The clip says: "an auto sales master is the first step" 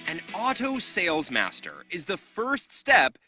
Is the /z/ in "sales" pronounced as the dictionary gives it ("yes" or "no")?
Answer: yes